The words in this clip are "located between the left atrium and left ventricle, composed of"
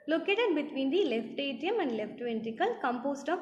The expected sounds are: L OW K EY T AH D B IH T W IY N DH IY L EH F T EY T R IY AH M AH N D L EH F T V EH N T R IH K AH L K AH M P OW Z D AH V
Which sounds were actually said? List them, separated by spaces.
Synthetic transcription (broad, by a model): L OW K EY T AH D B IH T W IY N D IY L EH F T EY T IY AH M AH N D L EH F T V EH N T IH K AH L K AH M P OW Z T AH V